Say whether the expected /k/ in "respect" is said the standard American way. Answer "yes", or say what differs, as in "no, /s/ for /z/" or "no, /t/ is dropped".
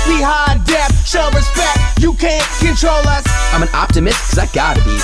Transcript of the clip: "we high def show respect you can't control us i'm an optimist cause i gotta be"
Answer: yes